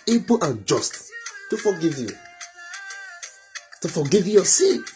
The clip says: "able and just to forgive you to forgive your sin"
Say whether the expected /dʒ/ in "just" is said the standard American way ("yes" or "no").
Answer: yes